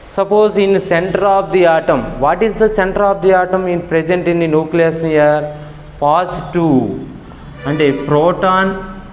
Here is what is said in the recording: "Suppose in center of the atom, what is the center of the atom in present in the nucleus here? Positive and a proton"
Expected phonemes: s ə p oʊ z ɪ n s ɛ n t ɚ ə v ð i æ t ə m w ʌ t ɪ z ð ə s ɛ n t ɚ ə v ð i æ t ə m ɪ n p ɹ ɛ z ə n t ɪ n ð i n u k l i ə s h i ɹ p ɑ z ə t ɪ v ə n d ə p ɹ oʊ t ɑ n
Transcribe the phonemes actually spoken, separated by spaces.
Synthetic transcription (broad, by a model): s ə p oʊ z ɪ n s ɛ n t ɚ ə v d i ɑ t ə m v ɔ t ɪ z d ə s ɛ n t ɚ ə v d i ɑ t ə m ɪ n p ɹ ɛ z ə n t ɪ n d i n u k l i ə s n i ɹ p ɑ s t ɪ ə n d ə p ɹ oʊ t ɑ n